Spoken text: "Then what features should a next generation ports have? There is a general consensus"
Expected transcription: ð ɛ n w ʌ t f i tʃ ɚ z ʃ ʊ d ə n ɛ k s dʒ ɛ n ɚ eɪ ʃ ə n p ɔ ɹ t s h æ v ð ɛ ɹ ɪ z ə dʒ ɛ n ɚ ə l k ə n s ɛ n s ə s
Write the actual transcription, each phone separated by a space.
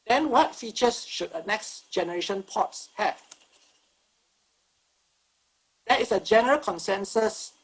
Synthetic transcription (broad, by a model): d ɛ n w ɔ t f i tʃ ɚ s ʃ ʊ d ə n ɛ k s dʒ ɛ n ɚ eɪ ʃ ə n p ɔ t s h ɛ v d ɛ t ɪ s ə dʒ ɛ n ɚ ə l k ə n s ɛ n s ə s